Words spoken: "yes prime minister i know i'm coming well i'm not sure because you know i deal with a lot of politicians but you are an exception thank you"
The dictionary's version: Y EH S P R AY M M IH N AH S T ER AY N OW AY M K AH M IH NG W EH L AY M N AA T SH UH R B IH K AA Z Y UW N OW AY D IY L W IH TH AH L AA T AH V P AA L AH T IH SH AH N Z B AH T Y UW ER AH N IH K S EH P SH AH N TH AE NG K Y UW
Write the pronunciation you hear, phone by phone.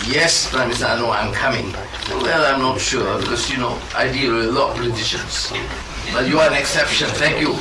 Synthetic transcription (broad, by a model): Y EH S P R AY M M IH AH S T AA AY N OW AY M K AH M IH NG W EH L AY M N AA T SH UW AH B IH K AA S Y UW N OW AY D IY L AH L AA T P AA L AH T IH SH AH N S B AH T Y UW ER AH N IH K S EH P SH AH N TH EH NG K Y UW